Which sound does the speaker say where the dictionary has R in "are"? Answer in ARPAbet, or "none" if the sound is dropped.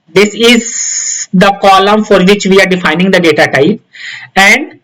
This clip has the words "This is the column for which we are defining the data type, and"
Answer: R